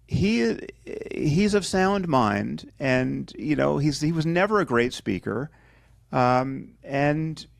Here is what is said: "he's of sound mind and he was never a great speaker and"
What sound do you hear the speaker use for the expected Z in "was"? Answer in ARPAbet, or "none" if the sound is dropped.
Z